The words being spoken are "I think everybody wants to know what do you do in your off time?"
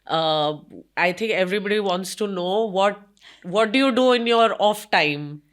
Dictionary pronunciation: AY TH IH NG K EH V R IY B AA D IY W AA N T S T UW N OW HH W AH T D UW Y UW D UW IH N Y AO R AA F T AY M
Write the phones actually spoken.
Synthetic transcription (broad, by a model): AY T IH NG K EH V R IY B AA D IY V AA N T S T UW N OW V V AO T D UW Y UW D UW IH N Y AO R AA F T AY M